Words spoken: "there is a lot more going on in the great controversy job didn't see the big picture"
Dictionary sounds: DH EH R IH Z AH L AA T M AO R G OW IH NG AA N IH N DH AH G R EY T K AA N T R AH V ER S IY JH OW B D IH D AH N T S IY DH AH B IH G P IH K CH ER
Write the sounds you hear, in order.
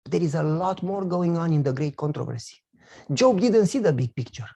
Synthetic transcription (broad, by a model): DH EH R IH Z AH L AA T M AO R G OW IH NG AA N IH N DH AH G R EY T K AA N T R AH V ER S IY JH OW B D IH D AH N T S IY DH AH B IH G P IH K CH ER